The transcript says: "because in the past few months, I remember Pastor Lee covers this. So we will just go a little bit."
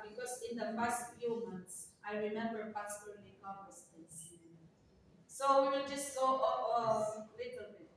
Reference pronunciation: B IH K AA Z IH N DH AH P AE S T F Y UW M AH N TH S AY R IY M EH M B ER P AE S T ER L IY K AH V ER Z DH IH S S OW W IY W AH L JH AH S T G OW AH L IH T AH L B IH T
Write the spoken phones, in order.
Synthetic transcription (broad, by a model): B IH K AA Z IH N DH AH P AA S T F Y UW M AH N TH S AY R IY M EH M B ER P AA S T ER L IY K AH ER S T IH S S OW W IY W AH JH AH S T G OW AH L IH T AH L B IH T